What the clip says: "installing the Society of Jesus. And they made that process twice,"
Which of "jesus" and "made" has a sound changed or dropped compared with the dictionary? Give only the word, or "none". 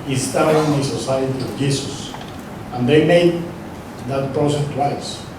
jesus